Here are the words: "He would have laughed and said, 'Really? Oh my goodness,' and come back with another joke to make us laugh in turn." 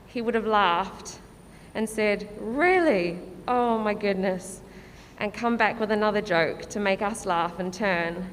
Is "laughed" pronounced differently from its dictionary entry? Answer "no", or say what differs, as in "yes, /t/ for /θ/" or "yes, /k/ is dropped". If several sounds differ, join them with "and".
no